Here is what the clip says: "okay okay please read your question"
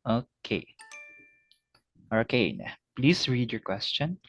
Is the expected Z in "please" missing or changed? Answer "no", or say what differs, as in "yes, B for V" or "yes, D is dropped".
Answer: yes, S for Z